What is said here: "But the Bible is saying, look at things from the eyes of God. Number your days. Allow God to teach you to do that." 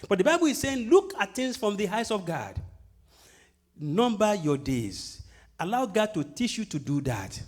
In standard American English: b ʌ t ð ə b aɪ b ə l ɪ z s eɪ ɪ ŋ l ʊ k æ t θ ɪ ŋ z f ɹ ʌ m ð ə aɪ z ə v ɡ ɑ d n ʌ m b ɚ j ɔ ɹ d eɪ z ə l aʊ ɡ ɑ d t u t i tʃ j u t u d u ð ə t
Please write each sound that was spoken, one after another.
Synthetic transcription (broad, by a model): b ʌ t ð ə b aɪ b ə l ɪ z s eɪ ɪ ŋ l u k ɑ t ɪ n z f ɹ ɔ m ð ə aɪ s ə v ɡ ɑ d n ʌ m b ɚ j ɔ d eɪ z ə l aʊ ɡ ɑ d t u t i tʃ j u t u d u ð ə t